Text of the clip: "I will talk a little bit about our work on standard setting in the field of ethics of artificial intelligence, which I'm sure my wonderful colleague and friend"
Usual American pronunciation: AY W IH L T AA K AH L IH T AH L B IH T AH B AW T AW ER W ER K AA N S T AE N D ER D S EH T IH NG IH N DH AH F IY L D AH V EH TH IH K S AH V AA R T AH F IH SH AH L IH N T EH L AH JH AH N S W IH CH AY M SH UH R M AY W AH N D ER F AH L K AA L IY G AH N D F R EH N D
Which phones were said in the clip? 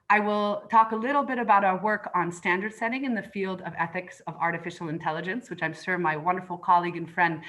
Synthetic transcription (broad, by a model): AY W IH L T AA K AH L IH T L B IH T AH B AW T AW ER W ER K N S T AE N D ER D S EH T IH NG IH N DH AH F IY L D AH V EH TH IH K S AH V AA R T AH F IH SH L IH N T EH L AH JH AH N S W IH CH AY M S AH R M AY W AH N D ER F L K AA L IY G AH N F R EH N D